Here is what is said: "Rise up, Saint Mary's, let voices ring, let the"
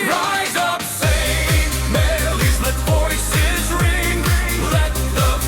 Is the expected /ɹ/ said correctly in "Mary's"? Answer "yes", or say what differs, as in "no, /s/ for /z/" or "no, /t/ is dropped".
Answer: no, /l/ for /ɹ/